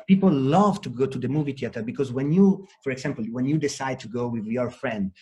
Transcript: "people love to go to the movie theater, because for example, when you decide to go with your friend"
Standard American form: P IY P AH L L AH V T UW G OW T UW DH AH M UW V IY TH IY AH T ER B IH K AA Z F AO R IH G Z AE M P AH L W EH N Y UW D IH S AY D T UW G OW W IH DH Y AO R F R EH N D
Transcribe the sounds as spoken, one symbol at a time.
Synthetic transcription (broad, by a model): P IY P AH L L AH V T UW G OW T UW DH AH M UW V IY T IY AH T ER B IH K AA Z F AO R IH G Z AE M P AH L W EH N Y UW D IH S AY D T UW G OW W IH DH Y AO R F R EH N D